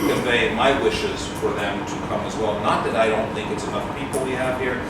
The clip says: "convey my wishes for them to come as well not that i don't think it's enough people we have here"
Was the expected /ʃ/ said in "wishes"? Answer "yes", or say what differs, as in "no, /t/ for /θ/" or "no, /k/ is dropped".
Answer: yes